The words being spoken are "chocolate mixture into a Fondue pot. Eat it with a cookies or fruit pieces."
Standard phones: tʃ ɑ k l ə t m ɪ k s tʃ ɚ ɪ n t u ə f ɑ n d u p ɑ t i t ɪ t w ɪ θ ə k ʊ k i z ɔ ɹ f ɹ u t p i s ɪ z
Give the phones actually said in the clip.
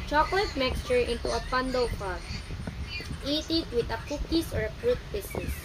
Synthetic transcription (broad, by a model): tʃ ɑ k l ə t m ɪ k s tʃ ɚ ɪ n t u ə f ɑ n d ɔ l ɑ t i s ɪ t w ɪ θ ə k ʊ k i s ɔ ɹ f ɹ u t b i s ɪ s